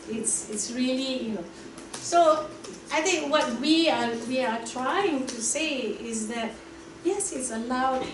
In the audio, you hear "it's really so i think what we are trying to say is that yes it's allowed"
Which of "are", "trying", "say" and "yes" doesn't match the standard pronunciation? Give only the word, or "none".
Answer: are